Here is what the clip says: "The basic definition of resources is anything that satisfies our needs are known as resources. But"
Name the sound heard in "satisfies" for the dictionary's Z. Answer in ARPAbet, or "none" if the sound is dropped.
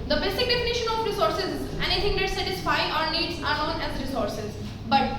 none